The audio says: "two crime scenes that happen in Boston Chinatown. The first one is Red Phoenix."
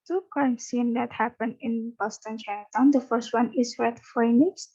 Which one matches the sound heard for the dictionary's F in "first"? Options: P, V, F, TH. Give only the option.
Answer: F